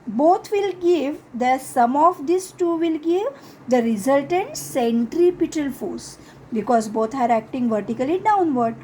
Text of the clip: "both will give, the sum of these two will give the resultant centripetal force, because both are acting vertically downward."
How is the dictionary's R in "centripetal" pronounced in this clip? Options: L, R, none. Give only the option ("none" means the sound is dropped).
R